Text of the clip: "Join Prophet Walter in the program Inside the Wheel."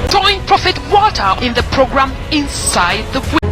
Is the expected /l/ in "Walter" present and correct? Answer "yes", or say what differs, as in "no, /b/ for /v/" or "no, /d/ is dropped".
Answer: no, /l/ is dropped